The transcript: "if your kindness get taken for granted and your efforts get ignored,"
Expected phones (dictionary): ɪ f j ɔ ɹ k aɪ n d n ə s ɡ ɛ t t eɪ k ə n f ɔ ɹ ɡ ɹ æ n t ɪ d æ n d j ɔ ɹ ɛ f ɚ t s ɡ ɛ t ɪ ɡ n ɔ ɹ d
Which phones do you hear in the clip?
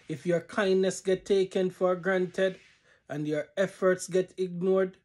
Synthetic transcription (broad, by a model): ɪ f j ɔ ɹ k aɪ n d n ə s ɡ ɛ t t eɪ k ə n f ɔ ɹ ɡ ɹ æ n t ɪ d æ n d j ɔ ɹ ɛ f ɚ t s ɡ ɛ t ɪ ɡ n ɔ ɹ d